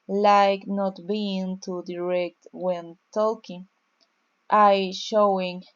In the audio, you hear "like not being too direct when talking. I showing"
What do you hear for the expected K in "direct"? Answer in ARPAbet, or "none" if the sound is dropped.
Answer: K